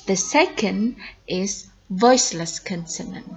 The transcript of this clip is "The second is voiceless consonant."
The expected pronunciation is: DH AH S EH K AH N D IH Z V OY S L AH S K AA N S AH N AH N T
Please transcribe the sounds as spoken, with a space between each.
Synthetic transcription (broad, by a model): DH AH S EH K AH N D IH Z V OY S L AH S K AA N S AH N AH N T